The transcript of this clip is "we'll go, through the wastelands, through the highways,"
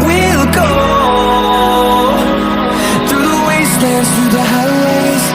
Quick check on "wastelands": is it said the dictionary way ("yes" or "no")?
no